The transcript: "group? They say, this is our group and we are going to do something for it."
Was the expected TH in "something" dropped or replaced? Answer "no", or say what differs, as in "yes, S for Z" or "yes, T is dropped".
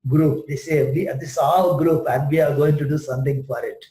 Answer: yes, T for TH